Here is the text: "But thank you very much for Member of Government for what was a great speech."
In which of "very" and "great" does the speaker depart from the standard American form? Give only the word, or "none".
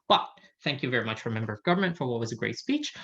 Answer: none